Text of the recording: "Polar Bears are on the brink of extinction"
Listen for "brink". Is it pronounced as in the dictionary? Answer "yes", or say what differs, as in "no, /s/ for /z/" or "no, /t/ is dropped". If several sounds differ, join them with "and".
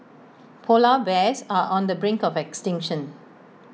yes